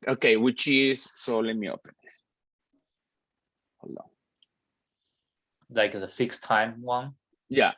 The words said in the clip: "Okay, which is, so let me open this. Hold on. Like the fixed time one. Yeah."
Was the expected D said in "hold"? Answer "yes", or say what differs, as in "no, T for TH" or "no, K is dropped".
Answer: no, D is dropped